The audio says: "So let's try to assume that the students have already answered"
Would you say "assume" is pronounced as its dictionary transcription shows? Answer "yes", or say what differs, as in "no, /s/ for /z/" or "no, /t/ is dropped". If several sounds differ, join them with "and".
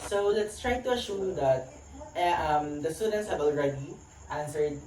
no, /ʃ/ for /s/